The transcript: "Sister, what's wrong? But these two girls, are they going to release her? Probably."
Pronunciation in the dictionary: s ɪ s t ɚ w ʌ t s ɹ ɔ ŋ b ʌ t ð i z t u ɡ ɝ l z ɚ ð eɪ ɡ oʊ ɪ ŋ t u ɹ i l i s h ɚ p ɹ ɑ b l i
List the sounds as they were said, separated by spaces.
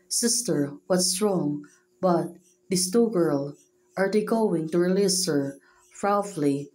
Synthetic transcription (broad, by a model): s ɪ s t ɚ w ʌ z s ɹ ɔ ŋ b ʌ t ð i s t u ɡ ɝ l ɚ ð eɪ ɡ oʊ ɪ ŋ t u ɹ i l i s h ɚ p ɹ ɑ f l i